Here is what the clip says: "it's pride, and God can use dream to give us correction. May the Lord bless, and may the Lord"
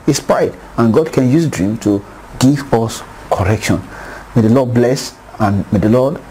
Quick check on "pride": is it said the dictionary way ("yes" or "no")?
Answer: no